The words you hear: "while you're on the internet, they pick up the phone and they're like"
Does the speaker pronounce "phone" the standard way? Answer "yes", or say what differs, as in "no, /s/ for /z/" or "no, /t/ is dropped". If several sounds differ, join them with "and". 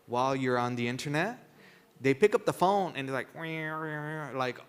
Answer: yes